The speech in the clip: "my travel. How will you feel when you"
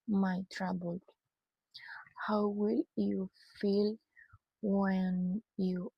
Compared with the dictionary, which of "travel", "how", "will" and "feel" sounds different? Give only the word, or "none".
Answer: travel